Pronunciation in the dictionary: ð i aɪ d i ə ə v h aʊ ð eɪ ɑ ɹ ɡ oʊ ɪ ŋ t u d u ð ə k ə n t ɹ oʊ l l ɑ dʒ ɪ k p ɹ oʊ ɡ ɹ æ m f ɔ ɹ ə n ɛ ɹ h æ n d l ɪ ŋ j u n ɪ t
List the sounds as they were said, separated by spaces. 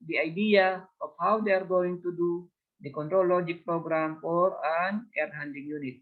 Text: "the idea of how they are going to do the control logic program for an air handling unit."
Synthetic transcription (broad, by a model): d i aɪ d i ə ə f h aʊ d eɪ ɑ ɹ ɡ oʊ ɪ ŋ t u d u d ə k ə n t ɹ oʊ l l ɑ dʒ ɪ k p ɹ oʊ ɡ ɹ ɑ m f ɔ ɹ ə n ɛ ɹ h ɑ n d ɪ ŋ j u n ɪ t